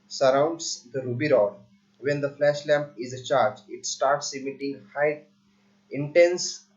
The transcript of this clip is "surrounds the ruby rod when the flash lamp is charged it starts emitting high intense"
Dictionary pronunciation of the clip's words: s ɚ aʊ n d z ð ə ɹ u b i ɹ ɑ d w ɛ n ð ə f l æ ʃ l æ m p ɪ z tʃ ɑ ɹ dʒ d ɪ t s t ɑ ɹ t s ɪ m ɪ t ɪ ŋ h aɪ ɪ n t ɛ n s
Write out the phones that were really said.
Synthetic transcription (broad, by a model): s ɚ aʊ n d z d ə ɹ u b i ɹ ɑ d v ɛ n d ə f l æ ʃ l æ m p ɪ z tʃ ɑ ɹ dʒ ɪ t s t ɑ ɹ t s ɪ m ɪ t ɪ ŋ h aɪ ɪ n t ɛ n s